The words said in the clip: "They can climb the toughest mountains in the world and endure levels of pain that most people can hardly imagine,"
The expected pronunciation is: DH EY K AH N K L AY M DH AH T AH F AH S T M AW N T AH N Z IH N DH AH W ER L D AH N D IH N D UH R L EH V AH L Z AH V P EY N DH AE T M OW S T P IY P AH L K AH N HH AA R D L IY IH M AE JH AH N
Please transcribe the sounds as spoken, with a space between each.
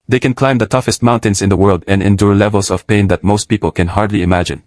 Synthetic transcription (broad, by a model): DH EY K AH N K L AY M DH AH T AH F AH S T M AW N T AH N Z IH N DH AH W ER L D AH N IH N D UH R L EH V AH L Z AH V P EY N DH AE T M OW S T P IY P AH L K AH N HH AA R D L IY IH M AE JH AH N